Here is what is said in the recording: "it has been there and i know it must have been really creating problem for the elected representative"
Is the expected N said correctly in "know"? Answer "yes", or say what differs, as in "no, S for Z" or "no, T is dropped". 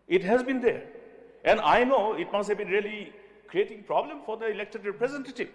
yes